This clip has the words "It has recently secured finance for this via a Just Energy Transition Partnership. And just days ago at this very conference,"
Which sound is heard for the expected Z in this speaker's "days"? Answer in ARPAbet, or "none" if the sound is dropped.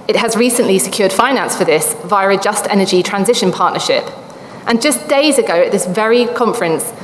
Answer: Z